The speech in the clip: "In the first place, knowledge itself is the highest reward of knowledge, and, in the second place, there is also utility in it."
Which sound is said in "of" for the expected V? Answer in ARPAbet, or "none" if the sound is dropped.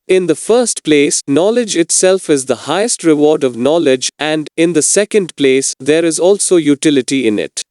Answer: V